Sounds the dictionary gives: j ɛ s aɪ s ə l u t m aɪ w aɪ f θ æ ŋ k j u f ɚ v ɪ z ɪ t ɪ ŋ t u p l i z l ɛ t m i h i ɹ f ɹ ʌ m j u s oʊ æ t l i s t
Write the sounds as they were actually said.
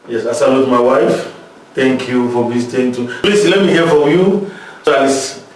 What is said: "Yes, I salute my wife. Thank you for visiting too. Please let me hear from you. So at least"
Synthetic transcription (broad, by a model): j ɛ s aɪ s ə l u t m aɪ w aɪ f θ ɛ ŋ k j u f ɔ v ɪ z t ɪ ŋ t u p l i s l ɛ t m i h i f ɹ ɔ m j u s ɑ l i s